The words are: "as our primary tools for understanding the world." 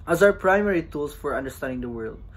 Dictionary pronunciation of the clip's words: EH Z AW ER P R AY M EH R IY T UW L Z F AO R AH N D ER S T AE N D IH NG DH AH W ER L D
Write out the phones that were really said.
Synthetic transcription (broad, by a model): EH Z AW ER P R AY M EH R IY T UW L S F AO R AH N D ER S T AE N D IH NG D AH W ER L D